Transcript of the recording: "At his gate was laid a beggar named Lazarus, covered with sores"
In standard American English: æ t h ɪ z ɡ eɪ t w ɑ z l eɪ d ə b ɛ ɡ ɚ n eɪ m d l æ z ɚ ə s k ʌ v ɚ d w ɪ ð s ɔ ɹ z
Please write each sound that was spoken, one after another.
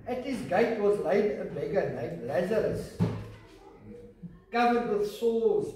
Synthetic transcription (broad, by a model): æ t h ɪ z ɡ eɪ t w ɑ z l eɪ d ə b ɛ ɡ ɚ n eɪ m l æ z ɚ ə s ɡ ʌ v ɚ d w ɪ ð s ɔ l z